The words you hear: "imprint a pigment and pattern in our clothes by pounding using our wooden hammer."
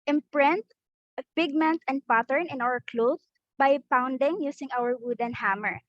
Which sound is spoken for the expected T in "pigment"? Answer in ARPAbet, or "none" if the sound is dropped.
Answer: T